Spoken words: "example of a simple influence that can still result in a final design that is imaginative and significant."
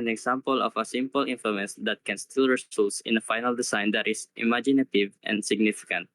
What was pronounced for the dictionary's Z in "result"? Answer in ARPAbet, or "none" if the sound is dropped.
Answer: S